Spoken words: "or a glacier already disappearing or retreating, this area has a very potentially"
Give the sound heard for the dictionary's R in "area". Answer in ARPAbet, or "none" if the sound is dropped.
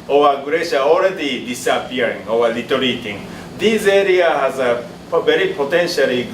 R